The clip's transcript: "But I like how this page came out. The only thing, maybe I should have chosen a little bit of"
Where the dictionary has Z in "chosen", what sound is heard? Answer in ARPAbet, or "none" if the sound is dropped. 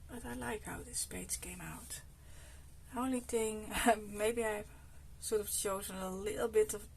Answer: Z